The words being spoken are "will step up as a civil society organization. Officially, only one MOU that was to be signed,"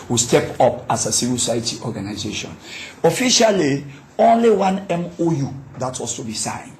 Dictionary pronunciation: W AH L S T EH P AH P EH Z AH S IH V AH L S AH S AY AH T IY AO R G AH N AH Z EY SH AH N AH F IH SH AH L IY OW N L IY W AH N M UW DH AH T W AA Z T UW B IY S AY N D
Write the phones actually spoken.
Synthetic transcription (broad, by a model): W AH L S T EH P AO P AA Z AH S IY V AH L S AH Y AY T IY AO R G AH N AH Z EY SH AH N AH F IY SH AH L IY OW N L IY W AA N M UW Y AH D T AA S T UW B IY S AY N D